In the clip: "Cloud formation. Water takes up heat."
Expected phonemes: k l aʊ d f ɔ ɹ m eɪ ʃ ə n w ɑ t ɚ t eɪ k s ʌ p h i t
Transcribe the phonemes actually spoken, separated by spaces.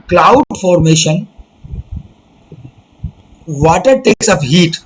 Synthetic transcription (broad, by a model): k l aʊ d f ɔ ɹ m eɪ ʃ ə n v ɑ t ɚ t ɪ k s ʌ f h i t